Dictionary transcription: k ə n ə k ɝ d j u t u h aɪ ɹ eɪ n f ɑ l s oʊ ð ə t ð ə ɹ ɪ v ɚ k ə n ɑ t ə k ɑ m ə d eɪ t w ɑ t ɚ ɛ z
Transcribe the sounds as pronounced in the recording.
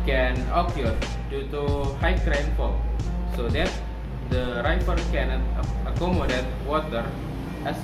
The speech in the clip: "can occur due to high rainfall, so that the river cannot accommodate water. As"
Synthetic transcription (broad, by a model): k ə n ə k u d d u t u h aɪ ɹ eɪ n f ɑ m s oʊ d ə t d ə ɹ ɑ f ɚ k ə n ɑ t ə k ɑ m ə d eɪ t w ɑ t ɚ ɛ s